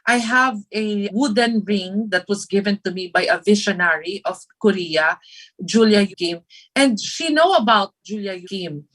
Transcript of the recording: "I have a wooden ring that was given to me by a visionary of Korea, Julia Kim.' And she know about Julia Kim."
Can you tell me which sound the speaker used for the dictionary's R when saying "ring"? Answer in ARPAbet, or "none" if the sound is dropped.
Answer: R